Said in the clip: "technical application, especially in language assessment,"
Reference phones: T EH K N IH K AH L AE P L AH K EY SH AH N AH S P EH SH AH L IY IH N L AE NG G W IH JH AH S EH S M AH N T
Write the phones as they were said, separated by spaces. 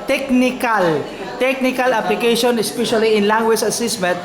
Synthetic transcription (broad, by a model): T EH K N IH K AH L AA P L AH K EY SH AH N AH S P EH SH AH L IY IH N L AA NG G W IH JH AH S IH S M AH N T